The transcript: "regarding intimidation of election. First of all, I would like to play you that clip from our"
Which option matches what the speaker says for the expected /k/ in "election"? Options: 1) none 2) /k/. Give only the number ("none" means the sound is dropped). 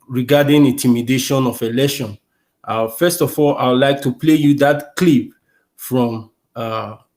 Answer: 1